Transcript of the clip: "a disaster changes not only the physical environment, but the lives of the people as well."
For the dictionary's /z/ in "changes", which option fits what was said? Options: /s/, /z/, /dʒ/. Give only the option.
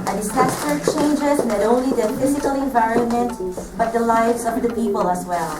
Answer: /z/